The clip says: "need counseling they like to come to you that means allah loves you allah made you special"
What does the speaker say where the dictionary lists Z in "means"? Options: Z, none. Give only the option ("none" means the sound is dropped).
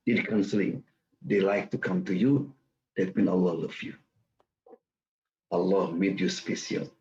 none